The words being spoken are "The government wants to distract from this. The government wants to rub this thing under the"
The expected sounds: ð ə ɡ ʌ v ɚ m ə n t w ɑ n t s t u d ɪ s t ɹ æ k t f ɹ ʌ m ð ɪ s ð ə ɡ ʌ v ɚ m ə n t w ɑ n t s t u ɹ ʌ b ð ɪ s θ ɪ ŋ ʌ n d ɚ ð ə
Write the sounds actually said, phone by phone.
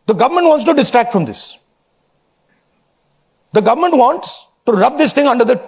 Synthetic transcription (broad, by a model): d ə ɡ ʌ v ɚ m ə n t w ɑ n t s t u d ɪ s t ɹ æ k t f ɹ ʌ m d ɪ s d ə ɡ ʌ v ɚ m ə n t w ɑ n t s t u ɹ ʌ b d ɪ s t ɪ ŋ ʌ n d ɚ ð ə